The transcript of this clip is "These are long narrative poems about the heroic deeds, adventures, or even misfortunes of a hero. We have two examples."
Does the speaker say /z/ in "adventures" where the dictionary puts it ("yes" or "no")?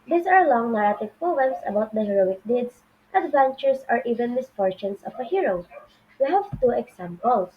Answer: no